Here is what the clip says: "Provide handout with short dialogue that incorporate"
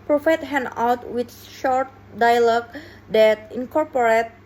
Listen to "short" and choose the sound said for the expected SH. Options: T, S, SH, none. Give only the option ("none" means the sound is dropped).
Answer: SH